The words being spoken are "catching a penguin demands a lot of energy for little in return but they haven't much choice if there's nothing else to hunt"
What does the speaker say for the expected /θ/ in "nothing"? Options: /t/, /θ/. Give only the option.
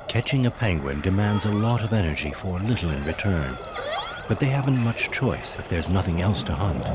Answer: /θ/